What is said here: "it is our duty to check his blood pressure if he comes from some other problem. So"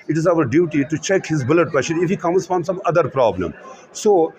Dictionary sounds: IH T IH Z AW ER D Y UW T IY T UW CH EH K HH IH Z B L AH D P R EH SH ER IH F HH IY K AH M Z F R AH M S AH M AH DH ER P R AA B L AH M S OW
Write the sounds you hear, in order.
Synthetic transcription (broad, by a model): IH T IH Z AW ER D Y UW T IY T UW CH EH K HH IH Z B L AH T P EH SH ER IH F HH IY K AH M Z F R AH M S AH M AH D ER P R AA B L AH M S OW